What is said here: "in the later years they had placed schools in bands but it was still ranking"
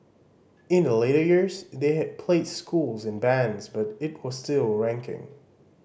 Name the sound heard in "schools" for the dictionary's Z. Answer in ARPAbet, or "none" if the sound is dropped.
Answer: Z